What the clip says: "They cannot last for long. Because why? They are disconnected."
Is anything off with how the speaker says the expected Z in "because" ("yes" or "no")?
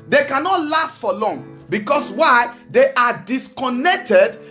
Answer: yes